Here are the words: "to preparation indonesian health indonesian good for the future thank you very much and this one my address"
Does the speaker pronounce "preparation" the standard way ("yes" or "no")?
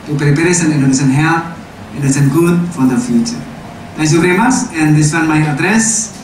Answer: no